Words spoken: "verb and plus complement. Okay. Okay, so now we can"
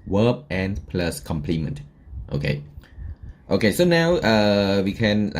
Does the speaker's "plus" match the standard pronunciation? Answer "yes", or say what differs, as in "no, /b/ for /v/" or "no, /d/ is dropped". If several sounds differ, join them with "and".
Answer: yes